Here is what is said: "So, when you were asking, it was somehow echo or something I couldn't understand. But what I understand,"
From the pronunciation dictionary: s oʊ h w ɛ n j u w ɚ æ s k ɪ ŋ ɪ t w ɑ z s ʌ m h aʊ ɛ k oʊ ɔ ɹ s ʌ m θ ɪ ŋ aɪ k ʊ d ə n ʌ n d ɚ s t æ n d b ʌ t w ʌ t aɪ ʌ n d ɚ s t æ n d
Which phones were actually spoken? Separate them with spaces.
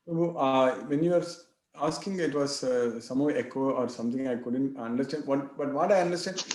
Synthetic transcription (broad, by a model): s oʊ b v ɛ n j u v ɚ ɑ s k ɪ ŋ ɪ t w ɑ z s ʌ m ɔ ɛ k oʊ ɔ ɹ s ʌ m t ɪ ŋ aɪ k ʊ d ə n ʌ n d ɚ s t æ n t b ʌ t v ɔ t aɪ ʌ n d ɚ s t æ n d